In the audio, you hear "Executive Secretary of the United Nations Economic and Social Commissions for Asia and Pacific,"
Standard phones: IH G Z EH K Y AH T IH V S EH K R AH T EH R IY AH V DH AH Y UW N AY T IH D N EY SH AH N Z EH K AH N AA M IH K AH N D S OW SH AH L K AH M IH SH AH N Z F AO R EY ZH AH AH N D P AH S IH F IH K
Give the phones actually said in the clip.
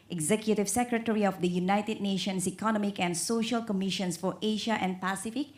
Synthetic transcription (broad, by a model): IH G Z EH K Y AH T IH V S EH K R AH T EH R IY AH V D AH Y UW N AY T IH D N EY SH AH N S EH K AH N AA M IH K AH N D S OW SH AH L K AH M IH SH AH N S F AO R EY SH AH AH N D P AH S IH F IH K